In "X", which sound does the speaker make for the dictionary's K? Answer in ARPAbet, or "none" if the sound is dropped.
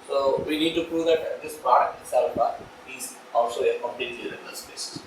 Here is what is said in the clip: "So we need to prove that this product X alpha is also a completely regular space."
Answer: none